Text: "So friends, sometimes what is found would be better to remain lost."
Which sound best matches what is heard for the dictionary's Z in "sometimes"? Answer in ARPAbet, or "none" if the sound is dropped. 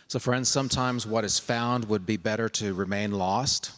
Z